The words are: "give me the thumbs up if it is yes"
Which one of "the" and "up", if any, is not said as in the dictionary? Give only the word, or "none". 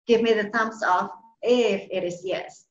up